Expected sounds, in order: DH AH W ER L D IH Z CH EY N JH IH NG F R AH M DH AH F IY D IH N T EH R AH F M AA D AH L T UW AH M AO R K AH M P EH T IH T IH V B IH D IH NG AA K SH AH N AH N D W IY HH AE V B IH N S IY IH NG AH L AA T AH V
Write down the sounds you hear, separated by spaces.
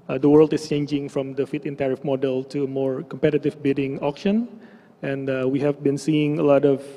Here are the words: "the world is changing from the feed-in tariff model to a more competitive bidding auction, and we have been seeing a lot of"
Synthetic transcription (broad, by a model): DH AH W ER L D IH S CH EY N JH IH NG F R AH M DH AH F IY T IH N T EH R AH F M AA D AH L T UW AH M AO R K AH M P EH T IH T IH V B IH D IH NG AA K SH AH N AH N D W IY HH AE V B IH N S IY IH NG AH L AA T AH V